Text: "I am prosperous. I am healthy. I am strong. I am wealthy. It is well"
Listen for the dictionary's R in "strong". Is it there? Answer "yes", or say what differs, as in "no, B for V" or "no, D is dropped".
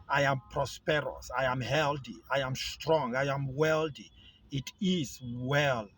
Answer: yes